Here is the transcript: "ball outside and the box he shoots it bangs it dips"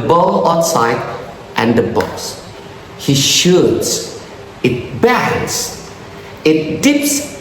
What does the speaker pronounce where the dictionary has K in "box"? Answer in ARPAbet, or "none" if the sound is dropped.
none